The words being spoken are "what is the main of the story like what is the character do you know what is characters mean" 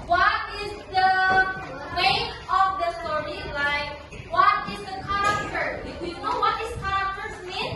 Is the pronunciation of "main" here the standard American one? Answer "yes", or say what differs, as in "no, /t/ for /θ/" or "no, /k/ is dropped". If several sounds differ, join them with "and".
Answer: no, /n/ is dropped